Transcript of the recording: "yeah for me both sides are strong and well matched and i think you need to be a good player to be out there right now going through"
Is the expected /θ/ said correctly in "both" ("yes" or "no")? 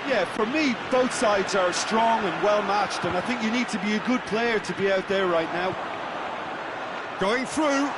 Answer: yes